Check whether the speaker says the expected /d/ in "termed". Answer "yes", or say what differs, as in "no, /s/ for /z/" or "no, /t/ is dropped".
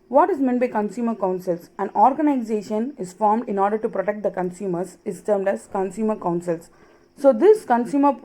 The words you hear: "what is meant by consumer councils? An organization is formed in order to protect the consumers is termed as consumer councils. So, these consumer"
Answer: yes